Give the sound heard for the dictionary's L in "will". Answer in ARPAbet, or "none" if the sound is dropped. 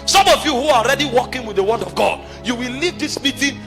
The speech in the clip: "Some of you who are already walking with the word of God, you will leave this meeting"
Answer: L